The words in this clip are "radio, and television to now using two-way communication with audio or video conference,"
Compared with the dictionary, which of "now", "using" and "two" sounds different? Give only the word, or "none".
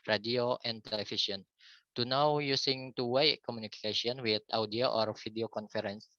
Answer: using